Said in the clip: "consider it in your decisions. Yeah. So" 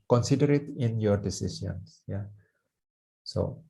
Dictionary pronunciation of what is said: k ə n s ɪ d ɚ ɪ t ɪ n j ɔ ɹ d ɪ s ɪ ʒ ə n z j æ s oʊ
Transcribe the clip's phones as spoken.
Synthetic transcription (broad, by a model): k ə n s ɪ d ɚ ɪ t ɪ n j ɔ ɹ d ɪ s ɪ s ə n s j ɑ s oʊ